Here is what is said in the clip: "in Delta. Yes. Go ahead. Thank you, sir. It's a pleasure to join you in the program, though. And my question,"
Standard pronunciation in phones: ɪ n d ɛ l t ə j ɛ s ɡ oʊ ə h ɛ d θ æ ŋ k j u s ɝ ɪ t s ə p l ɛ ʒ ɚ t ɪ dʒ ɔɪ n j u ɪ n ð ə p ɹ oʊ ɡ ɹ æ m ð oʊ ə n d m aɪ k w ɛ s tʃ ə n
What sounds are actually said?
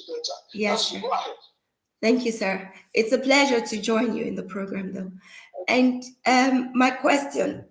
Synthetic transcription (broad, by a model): j ɛ s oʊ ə θ æ ŋ k j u s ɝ ɪ t s ə p l ɛ ʒ ɚ t ɪ dʒ ɔɪ n j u ɪ n ð ə p ɹ oʊ ɡ ɹ æ m ð oʊ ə n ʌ m aɪ k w ɛ s tʃ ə n